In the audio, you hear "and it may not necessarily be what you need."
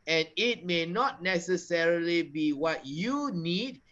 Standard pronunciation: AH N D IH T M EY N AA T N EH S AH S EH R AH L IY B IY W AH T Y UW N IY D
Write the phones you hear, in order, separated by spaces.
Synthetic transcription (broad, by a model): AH N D IH T M EY N AA T N EH S AH S EH R AH L IY B IY W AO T Y UW N IY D